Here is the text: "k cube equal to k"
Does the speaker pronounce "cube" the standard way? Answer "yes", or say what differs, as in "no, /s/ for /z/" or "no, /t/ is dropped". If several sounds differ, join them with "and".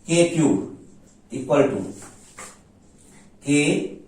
no, /b/ is dropped